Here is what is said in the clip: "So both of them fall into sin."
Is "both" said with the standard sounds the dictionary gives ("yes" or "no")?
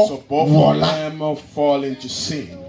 no